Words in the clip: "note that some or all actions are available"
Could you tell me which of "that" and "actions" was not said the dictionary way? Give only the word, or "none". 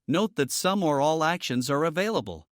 none